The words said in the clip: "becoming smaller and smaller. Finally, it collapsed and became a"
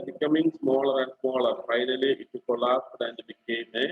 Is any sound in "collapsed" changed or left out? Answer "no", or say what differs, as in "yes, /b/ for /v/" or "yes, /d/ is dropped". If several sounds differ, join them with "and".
yes, /p/ is dropped